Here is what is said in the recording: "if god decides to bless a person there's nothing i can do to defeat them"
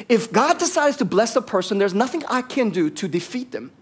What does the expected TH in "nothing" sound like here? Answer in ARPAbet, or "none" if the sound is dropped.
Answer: TH